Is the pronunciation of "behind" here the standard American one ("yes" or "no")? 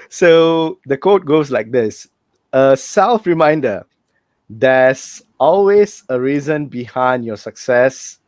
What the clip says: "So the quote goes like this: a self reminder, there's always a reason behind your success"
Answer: yes